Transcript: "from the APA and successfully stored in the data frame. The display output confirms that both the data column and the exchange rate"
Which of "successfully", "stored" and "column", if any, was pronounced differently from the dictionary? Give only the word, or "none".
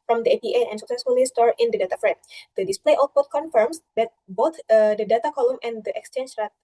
stored